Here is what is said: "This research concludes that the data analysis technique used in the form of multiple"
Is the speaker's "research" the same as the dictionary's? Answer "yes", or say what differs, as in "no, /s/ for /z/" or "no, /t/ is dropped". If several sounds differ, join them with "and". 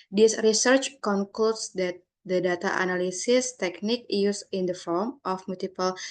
yes